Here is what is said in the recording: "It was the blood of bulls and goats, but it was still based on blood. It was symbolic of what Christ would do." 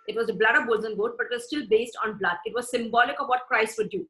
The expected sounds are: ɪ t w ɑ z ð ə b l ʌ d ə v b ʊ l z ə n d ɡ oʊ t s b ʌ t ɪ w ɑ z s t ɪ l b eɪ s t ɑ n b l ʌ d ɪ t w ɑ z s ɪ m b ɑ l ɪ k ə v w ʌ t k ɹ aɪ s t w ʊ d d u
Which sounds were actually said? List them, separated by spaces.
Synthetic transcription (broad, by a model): ɪ t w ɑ z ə b l ʌ d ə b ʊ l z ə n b oʊ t b ʌ t ɪ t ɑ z s t ɪ l b eɪ s t ɑ n b l ʌ d ɪ t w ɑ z s ɪ m b ɑ l ɪ k ə v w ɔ t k ɹ aɪ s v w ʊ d d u